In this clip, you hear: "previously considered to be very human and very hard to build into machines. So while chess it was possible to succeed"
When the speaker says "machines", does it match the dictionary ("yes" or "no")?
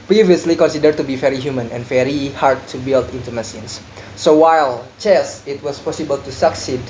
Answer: no